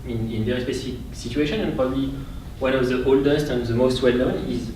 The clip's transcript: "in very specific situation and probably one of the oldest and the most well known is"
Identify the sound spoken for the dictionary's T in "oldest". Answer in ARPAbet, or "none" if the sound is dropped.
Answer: T